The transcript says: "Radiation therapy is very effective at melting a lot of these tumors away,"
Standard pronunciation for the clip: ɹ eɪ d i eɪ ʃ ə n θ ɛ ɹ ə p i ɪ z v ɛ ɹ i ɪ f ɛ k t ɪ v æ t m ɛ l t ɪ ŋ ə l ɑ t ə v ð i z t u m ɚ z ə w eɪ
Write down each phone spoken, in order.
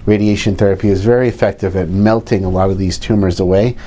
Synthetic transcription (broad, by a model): ɹ eɪ d i eɪ ʃ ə n θ ɛ ɹ ə p i ɪ z v ɛ ɹ i ɪ f ɛ k t ɪ v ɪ t m ɛ l t ɪ ŋ ə l ɑ t ə v ð i z t u m ɚ z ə w eɪ